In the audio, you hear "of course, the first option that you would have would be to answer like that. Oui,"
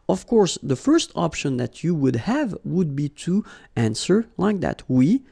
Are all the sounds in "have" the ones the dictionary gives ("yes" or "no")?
yes